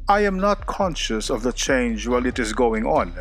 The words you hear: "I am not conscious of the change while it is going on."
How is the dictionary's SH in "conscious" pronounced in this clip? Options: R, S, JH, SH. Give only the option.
SH